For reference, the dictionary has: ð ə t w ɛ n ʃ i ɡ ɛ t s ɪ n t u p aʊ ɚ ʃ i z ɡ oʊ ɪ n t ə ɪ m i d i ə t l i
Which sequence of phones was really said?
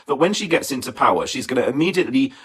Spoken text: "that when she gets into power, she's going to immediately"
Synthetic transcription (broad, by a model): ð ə t w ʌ n ʃ i ɡ ɛ t s ɪ n t u p aʊ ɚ ʃ i z ɡ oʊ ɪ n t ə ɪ m i d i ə t l i